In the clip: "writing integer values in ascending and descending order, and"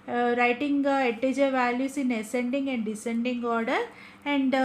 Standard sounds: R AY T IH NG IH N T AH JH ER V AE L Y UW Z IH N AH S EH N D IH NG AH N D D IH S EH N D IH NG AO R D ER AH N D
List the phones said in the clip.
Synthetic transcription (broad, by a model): R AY T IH NG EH T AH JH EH V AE L Y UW S IH N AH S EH N D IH NG AH N D D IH S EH N D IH NG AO R D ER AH N D